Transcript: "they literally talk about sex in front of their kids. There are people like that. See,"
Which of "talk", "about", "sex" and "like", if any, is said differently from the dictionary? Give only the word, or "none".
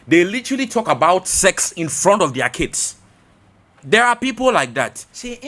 none